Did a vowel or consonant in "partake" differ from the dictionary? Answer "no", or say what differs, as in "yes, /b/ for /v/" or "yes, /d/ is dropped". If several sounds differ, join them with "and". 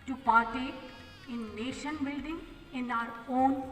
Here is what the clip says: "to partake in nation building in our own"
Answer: yes, /k/ is dropped